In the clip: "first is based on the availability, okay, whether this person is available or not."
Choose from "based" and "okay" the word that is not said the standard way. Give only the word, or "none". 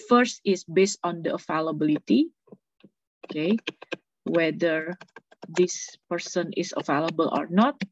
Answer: none